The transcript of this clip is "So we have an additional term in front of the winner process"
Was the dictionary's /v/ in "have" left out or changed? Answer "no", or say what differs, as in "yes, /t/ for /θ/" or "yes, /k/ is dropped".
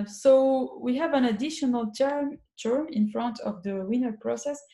no